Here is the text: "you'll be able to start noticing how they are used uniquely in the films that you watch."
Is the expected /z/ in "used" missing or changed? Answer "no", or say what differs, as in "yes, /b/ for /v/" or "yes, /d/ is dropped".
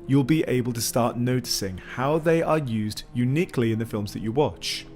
no